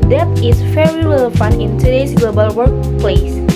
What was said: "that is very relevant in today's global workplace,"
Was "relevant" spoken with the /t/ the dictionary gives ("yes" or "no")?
no